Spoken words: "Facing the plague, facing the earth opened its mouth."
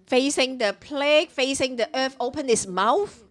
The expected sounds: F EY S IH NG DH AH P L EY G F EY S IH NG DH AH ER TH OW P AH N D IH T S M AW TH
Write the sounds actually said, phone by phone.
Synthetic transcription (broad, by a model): F EY S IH NG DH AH P L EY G F EY S IH NG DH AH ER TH OW P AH N IH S M AW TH